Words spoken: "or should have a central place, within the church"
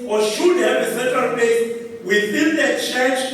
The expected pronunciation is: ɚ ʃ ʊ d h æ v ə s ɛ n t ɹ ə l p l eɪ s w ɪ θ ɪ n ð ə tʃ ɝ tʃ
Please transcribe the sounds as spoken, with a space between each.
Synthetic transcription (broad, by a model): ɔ ʃ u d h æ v ə s ɛ n t ɹ ə l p eɪ w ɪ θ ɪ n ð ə tʃ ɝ tʃ